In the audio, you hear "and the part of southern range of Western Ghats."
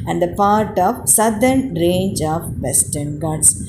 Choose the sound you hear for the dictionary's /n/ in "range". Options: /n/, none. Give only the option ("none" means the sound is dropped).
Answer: /n/